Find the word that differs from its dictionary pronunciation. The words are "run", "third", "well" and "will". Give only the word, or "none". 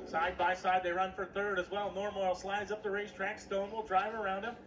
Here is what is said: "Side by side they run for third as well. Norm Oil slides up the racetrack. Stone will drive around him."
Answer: none